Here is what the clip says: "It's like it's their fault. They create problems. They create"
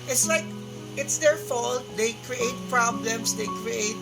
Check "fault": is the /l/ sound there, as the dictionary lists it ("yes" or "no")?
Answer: yes